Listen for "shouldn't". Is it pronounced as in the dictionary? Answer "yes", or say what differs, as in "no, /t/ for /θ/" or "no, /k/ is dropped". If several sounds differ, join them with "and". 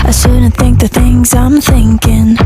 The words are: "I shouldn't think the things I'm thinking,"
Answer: no, /s/ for /ʃ/